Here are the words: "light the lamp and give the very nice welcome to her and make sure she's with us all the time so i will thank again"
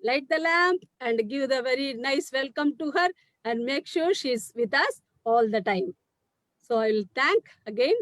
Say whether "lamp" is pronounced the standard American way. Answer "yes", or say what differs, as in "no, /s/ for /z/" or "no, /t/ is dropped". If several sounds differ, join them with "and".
yes